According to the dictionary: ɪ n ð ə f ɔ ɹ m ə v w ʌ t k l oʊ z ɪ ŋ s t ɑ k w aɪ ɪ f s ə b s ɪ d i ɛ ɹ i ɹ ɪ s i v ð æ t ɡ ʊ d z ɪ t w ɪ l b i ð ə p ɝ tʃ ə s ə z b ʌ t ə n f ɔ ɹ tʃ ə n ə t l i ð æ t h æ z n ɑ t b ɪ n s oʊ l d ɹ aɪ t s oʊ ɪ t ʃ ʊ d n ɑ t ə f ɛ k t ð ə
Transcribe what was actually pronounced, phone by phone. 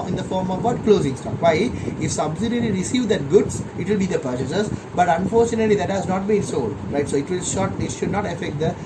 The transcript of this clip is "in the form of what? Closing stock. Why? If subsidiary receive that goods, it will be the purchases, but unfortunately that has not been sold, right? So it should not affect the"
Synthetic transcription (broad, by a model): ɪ n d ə f ɔ ɹ m ə v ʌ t k l oʊ z ɪ ŋ s t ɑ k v aɪ ɪ f s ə b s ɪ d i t l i ɹ ɪ s i v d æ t ɡ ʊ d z ɪ t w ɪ l b i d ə p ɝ tʃ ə s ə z b ʌ t ə n f ɔ ɹ tʃ ə n ə t l i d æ t h æ z n ɑ t b ɪ n s oʊ l d ɹ aɪ t s oʊ ɪ t ʃ ʊ d n ɑ t ə f ɛ k t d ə